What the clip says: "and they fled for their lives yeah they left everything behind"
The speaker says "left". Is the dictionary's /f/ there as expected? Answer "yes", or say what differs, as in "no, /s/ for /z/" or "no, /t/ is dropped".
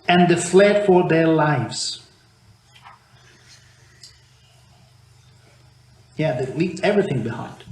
no, /p/ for /f/